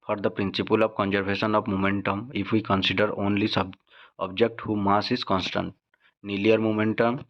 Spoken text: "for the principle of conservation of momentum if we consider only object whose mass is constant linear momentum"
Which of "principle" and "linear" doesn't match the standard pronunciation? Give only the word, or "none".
linear